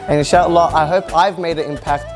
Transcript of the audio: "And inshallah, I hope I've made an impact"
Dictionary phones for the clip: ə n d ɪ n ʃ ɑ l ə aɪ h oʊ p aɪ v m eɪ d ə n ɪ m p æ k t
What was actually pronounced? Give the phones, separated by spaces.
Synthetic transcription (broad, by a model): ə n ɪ ʃ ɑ l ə aɪ h oʊ p aɪ v m eɪ d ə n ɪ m p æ k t